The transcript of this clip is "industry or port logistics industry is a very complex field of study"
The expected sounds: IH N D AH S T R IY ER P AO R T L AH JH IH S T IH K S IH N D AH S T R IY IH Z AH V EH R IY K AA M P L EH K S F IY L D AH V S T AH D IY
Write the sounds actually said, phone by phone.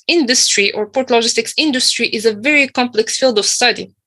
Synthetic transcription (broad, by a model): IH N D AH S T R IY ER P AO R T L AH JH IH S T IH K S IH N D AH S T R IY IH Z AH V EH R IY K AA M P L EH K S F IY L D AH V S T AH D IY